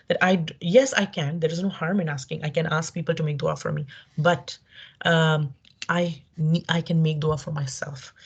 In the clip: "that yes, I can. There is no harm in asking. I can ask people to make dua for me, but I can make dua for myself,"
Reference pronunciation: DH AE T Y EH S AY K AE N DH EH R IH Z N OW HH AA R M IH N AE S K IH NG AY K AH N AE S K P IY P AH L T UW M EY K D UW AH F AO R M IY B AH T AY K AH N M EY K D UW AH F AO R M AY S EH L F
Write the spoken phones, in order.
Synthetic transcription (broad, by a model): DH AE T Y EH S AY K AE N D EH R IH Z N OW HH AA R M IH N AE S K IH NG AY K AH N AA S K P IY P AH L T UW M EY K D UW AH F AO R M IY B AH T AY K AH N M EY K D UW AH F AO R M AY S EH L F